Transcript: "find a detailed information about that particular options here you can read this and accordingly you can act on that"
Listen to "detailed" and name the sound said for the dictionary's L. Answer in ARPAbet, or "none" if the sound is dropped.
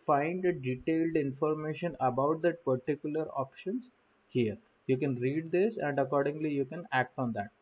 L